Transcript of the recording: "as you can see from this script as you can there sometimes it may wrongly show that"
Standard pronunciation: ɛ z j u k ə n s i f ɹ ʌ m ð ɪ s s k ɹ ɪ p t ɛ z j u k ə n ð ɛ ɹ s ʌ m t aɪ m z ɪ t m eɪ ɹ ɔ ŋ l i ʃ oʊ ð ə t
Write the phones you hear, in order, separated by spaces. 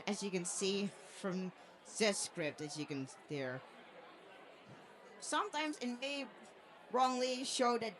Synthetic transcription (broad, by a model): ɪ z j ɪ k ə n s i f ɹ ʌ m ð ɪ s s k ɹ ɪ p t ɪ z j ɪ k ə n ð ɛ ɹ s ʌ m t aɪ m z ɪ t m eɪ ɹ ɔ ŋ l i ʃ oʊ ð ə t